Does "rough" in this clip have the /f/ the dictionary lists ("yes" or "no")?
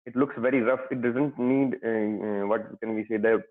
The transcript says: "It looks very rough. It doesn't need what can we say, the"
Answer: yes